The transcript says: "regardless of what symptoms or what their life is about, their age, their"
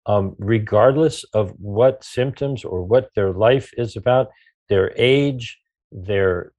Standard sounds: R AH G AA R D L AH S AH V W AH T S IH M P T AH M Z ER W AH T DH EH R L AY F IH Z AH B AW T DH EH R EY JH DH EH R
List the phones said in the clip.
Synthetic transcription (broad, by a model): R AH G AA R D L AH S AH V W AH T S IH M P T AH M Z ER W AH T DH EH R L AY F IH Z AH B AW T DH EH R EY JH DH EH R